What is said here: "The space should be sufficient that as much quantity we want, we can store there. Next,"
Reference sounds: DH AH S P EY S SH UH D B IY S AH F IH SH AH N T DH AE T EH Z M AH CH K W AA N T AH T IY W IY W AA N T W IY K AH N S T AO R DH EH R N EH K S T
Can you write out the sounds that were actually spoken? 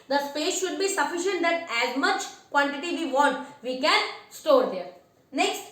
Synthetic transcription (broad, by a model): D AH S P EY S SH UH D B IY S AH F IH SH AH N T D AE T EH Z M AH CH K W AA N T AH T IY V IY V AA N T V IY K AH N S T AO R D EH R N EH K S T